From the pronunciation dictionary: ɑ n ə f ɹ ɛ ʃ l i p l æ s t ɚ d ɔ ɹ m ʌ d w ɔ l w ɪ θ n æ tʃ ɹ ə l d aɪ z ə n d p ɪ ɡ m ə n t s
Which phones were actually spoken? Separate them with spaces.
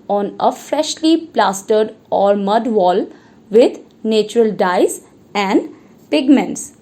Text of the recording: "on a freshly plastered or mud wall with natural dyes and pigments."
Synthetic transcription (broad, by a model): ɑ n ə f ɹ ɛ ʃ l i p l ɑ s t ɚ d ɔ ɹ m ʌ d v ɔ l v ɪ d n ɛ tʃ ɹ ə l d aɪ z ə n d p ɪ ɡ m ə n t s